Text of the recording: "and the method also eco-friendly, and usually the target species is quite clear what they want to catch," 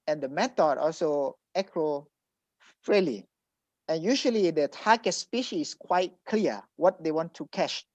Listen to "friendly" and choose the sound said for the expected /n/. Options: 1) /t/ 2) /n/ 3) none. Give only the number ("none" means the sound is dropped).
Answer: 3